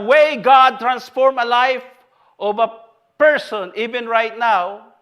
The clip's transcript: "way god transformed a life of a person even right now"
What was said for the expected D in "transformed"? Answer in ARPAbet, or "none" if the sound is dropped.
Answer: none